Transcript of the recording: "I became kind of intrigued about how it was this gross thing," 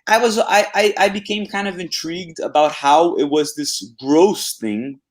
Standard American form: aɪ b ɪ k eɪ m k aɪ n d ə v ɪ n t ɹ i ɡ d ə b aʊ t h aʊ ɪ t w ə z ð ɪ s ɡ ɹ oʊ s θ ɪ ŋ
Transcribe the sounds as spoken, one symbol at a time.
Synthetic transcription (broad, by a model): aɪ b ɪ k eɪ m k aɪ n d ə v ɪ n t ɹ i ɡ d ə b aʊ t h aʊ ɪ t w ə z ð ɪ s ɡ ɹ oʊ s θ ɪ ŋ